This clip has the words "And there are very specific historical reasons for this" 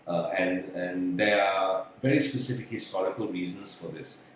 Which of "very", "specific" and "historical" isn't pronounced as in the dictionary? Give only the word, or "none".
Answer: historical